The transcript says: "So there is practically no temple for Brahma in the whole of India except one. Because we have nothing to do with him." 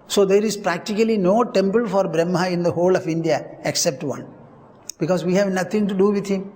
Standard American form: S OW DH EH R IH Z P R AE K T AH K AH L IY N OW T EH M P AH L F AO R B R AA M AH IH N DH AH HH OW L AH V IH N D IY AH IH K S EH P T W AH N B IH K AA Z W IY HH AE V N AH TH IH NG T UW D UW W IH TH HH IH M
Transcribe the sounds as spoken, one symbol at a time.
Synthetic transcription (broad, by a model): S OW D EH R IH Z P R AE K T AH K AH L IY N OW T EH M P AH L F AO R B R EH M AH IH N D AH HH OW L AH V IH N D IY AH IH K S EH P T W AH N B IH K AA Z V IY HH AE V N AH T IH NG T UW D UW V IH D HH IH M